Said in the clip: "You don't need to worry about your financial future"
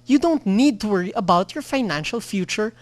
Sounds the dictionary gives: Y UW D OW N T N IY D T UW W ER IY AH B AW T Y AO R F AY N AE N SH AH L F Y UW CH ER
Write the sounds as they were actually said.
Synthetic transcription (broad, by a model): Y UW D OW N T N IY D T UW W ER IY AH B AW T Y AO R F AY N AE N SH AH L F Y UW CH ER